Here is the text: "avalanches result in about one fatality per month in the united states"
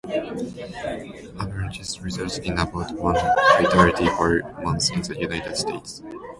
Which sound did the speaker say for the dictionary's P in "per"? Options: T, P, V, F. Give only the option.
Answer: F